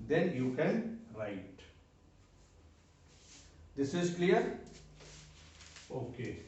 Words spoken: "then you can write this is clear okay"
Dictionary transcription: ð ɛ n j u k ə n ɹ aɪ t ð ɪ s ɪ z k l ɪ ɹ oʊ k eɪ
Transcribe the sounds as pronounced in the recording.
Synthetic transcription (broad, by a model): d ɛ n j u k ə n ɹ aɪ t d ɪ s ɪ z k l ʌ ɹ oʊ k eɪ